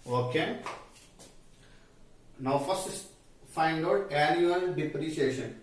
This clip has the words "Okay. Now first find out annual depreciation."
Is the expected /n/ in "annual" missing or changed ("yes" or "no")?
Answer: yes